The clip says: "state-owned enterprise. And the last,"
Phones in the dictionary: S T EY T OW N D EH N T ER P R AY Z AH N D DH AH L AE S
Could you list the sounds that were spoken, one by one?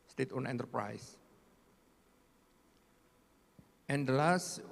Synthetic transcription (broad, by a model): S T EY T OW N EH N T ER P R AY S AH N D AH L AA S